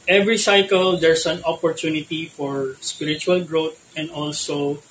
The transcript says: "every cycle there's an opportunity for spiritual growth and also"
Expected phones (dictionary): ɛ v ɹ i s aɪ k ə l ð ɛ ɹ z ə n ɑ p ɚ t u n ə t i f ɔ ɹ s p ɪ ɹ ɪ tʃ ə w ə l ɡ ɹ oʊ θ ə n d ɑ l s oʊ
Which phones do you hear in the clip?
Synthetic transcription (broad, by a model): ɛ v ɹ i s aɪ k ə l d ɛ ɹ s ə n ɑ p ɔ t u n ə t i f ɔ ɹ s p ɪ ɹ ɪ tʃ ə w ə l ɡ ɹ oʊ t ə n d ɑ l s oʊ